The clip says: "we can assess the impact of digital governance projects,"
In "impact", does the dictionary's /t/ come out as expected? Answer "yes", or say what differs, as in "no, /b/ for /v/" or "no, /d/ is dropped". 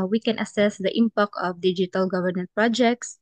no, /t/ is dropped